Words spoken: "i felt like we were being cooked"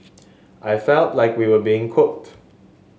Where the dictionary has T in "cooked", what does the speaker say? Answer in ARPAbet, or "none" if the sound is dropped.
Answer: T